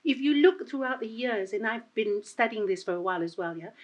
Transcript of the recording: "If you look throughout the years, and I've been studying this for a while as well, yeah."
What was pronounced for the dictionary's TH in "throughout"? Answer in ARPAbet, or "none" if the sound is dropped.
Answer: TH